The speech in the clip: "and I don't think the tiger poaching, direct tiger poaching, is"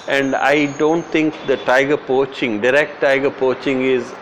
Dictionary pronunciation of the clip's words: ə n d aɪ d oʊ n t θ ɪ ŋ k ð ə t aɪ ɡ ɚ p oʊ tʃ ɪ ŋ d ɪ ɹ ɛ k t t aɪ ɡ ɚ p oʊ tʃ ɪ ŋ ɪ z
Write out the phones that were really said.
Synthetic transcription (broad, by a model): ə n d aɪ d oʊ n t t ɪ ŋ k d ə t aɪ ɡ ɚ p oʊ tʃ ɪ ŋ d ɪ ɹ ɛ k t t aɪ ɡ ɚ p oʊ tʃ ɪ ŋ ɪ z